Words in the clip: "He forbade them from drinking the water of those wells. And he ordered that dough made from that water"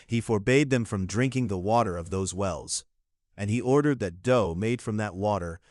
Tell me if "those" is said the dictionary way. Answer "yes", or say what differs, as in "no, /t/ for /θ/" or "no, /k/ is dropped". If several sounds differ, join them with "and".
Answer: yes